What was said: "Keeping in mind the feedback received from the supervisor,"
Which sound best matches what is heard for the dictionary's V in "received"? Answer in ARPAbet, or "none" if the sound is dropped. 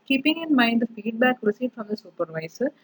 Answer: none